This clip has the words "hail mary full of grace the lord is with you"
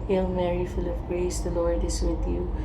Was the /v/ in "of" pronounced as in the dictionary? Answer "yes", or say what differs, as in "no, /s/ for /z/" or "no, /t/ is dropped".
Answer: no, /p/ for /v/